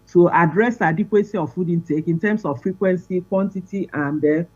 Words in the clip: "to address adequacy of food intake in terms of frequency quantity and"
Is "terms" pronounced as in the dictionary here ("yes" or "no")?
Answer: no